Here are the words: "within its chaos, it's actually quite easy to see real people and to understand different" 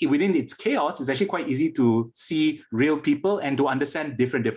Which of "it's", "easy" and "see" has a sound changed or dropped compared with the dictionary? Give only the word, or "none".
none